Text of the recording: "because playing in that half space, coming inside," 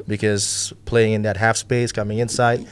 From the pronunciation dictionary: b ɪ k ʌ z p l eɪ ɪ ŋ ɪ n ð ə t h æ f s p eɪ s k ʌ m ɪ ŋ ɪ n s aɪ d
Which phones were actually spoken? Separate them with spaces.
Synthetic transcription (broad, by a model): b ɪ k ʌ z p l eɪ ɪ ŋ ɪ n ð ə t h æ f s p eɪ s k ʌ m ɪ ŋ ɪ n s aɪ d